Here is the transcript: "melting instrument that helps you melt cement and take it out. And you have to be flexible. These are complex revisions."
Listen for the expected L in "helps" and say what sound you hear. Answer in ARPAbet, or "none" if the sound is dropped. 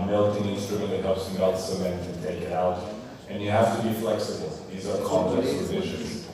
none